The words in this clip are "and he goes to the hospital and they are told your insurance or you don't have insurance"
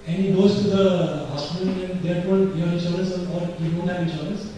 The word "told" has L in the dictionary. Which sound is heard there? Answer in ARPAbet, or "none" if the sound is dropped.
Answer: none